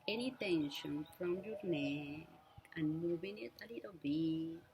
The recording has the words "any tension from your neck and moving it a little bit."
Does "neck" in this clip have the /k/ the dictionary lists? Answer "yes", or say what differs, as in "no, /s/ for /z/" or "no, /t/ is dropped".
no, /k/ is dropped